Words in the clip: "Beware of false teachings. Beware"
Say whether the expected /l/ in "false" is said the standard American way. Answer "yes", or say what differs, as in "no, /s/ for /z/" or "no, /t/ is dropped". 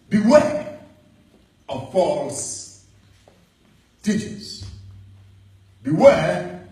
yes